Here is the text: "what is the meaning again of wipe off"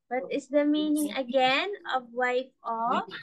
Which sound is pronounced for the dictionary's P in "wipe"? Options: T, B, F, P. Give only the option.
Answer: F